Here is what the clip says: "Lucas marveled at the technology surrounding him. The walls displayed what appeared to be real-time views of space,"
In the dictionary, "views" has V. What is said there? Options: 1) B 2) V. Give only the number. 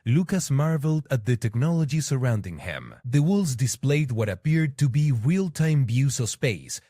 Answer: 1